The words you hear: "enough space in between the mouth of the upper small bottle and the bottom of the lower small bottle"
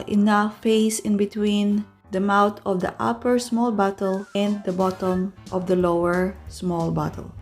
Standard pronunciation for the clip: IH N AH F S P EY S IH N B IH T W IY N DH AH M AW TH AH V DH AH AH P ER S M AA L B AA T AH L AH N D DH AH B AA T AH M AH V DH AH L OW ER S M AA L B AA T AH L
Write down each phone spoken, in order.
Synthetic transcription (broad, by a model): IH N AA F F EY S IH N B IH T W IY N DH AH M AW T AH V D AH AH P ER S M AA L B AA T AH L AH N D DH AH B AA T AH M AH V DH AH L OW ER S M AA L B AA T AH L